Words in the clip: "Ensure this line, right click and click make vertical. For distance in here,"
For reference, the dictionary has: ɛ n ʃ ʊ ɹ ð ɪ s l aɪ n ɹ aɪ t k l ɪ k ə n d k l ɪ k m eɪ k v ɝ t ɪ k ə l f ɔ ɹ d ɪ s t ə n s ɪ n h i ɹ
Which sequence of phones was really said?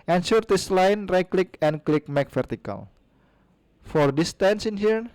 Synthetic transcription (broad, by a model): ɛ n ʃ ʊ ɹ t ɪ s l aɪ n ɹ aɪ k l ɪ k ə n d k l ɪ k m eɪ k f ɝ t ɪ k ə l f ɔ ɹ d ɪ s t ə n s ɪ n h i ɹ